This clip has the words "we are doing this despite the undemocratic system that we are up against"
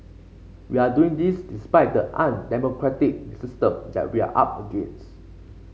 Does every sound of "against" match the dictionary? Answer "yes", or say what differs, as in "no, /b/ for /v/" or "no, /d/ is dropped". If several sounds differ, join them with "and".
no, /t/ is dropped